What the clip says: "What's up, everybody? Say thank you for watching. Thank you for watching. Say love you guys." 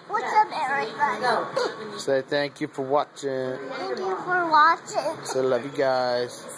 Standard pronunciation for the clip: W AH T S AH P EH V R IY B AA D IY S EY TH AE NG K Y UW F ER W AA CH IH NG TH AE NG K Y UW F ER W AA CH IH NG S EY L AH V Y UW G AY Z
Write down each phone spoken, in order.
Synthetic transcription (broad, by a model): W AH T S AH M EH R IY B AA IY S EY TH AE NG K Y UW F ER W AA CH IH NG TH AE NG K Y UW F ER W AA CH IH NG S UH L AH V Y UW G AY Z